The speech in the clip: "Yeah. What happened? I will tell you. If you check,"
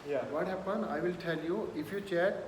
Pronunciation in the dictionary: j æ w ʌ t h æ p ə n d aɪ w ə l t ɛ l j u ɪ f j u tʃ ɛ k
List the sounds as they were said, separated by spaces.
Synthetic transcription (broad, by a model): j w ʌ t h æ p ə n aɪ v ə l t ɛ l j u ɪ f j u tʃ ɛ